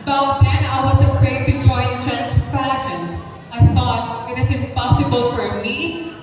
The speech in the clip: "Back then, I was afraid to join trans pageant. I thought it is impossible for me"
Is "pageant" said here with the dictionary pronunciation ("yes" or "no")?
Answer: no